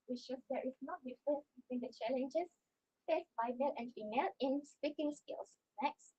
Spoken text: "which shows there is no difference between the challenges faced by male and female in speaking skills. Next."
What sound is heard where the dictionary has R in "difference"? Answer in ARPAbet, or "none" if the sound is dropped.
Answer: none